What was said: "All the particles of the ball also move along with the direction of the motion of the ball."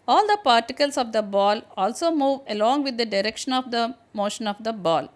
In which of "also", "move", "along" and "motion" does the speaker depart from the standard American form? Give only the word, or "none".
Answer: none